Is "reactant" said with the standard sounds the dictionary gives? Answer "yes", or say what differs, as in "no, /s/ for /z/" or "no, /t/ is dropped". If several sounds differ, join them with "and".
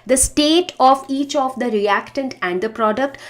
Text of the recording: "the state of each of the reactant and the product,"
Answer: yes